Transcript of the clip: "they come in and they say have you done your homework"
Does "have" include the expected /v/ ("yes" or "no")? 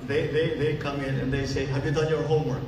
yes